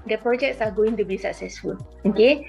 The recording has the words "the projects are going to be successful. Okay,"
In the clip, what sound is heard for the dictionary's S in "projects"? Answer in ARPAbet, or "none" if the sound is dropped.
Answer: S